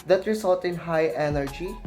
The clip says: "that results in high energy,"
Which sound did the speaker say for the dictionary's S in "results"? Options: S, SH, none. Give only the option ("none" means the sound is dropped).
none